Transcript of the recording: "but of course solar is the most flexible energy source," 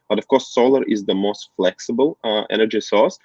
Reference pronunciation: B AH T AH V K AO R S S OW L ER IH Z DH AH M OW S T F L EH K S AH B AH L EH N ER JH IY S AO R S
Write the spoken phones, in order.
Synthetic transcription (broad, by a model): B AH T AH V K AO R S S OW L ER IH Z DH AH M OW S T F L EH K S AH B AH L EH N ER JH IY S AO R S